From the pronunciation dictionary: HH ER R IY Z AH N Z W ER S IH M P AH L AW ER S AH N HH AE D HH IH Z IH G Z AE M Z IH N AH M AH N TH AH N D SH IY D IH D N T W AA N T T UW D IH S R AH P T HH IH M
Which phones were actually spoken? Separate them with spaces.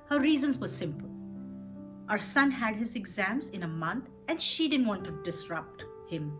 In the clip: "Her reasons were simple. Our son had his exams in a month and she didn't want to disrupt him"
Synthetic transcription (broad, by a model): HH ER R IY Z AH N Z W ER S IH M P AH L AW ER S AH N HH AE D HH IH Z IH G Z AE M Z IH N AH M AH N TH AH N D SH IY D IH D N T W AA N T T UW D IH S R AH P T HH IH M